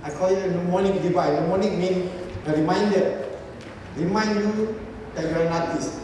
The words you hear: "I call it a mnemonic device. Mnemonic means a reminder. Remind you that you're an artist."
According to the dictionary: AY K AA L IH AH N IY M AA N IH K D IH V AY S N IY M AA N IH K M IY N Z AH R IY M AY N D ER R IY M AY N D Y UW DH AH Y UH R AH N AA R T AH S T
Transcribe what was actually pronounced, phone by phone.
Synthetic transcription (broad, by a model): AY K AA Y AH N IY M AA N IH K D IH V AY N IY M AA N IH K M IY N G AH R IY M AY N D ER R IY M AY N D Y UW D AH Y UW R AH N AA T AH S